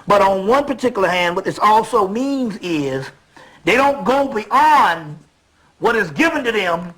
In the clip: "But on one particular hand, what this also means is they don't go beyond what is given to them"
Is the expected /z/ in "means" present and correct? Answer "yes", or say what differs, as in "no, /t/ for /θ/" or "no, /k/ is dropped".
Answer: yes